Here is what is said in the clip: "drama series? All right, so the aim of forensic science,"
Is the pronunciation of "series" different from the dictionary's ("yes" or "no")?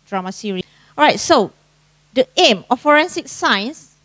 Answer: yes